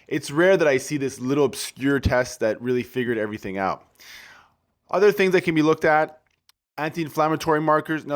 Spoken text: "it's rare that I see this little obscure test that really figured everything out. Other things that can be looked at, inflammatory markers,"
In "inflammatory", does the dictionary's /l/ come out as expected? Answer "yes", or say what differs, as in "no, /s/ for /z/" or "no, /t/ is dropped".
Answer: yes